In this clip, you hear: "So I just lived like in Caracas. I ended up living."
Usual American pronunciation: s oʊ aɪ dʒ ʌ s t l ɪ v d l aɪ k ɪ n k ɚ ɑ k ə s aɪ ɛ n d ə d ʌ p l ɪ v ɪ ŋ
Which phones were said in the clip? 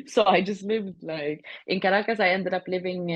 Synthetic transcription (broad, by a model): s oʊ aɪ dʒ ʌ s t l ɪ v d l aɪ k ɪ n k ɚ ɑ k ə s aɪ ɛ n d ə d ʌ p l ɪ v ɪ ŋ